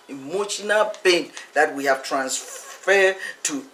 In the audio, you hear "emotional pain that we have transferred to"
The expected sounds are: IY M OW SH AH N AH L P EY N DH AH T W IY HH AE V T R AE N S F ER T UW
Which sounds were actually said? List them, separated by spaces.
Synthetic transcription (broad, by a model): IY M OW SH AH N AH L B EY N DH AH T W IY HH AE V T R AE N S F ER T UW